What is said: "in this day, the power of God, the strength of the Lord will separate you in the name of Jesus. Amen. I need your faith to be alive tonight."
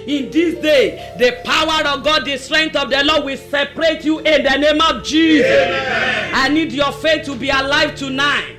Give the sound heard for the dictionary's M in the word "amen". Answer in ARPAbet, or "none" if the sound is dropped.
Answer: none